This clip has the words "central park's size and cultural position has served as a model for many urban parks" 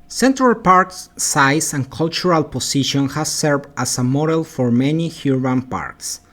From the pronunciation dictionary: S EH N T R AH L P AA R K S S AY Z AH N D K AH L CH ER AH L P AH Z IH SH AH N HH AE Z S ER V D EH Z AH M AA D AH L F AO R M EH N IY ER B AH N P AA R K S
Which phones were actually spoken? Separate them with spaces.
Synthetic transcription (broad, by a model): S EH N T R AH L P AA R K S S AY S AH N K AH L CH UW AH L P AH S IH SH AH N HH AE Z S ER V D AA S AH M AA D AH L F AO R M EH N IY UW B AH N P AA R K S